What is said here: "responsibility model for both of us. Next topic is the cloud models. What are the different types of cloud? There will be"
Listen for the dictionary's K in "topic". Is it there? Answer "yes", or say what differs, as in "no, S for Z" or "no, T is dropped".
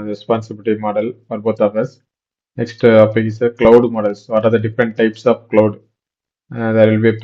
no, K is dropped